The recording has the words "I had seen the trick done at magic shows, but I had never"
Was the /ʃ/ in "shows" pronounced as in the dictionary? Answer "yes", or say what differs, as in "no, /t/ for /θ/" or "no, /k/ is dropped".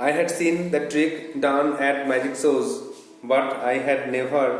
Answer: no, /s/ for /ʃ/